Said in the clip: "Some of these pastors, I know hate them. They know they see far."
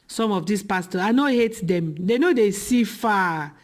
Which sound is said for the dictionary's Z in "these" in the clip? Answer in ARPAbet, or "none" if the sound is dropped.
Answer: S